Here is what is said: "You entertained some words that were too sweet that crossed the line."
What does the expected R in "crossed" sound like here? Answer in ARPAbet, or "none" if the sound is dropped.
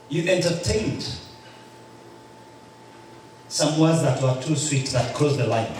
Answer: none